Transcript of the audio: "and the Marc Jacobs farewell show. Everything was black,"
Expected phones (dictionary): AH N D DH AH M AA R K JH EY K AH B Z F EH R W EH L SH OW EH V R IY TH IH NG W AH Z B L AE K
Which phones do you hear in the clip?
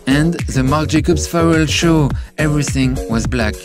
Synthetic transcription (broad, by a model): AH N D DH AH M AA R K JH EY K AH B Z F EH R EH L SH OW EH V R IY TH IH NG W AH Z B L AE K